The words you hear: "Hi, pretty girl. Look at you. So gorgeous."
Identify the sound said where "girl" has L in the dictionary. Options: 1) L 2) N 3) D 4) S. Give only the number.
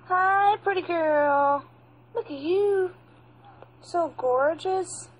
1